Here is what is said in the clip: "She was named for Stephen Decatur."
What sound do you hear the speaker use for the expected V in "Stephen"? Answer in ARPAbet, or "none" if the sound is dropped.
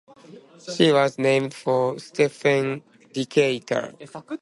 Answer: F